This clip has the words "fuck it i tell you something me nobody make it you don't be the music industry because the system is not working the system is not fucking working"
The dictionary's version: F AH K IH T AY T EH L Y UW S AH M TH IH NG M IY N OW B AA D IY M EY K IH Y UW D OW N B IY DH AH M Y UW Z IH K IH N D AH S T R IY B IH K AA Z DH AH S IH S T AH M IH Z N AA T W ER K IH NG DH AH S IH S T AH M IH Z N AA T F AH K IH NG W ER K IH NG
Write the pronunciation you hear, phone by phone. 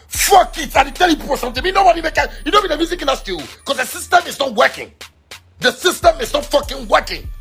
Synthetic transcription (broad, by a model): F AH K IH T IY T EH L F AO S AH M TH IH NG M IY N OW B AA D IY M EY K IH Y UW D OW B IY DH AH M Y UW Z IH K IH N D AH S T IY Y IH K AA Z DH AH S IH S T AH M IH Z N AA T W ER K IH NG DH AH S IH S T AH M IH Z N AA T F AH K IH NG W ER K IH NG